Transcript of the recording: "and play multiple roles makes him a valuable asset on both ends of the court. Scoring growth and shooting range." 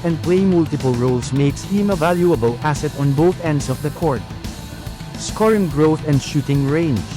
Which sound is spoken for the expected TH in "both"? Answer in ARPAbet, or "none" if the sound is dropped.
TH